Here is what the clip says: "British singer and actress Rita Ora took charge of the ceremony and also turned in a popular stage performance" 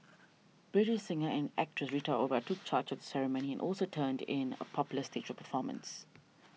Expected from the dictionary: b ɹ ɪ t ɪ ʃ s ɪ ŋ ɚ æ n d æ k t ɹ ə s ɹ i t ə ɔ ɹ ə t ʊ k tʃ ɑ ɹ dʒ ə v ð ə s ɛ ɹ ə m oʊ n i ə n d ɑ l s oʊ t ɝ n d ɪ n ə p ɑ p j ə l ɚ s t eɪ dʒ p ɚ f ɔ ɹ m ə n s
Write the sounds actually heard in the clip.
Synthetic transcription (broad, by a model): b ɹ ɪ t ɪ ʃ s ɪ ŋ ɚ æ n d æ k t ɹ ə s ɹ i t ə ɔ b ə t ʊ k tʃ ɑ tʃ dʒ ə v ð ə s ɛ ɹ ə m oʊ n i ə n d ɑ l s oʊ t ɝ n d ɪ n ə p ɑ p j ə l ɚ s t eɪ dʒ p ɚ f ɔ m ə n s